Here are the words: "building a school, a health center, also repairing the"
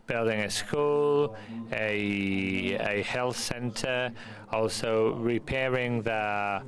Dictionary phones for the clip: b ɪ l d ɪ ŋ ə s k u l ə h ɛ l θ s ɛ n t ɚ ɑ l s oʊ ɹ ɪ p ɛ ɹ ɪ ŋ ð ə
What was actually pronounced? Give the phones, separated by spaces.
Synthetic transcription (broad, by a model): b ɪ l d ɪ ŋ ə s k u l ə h ɛ l θ s ɛ n t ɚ ɑ l s oʊ ɹ ɪ p ɛ ɹ ɪ ŋ ð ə